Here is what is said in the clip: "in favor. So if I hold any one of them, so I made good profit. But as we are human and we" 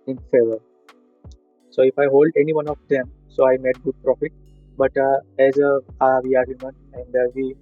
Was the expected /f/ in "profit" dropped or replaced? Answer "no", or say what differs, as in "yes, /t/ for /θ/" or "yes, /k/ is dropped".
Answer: no